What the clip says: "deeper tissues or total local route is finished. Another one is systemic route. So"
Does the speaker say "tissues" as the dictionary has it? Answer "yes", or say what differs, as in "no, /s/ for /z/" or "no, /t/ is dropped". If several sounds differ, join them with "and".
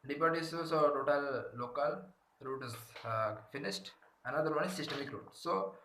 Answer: no, /s/ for /ʃ/ and /s/ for /z/